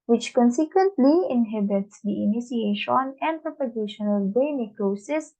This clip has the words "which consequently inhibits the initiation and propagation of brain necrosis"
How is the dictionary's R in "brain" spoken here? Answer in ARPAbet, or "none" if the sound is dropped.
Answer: none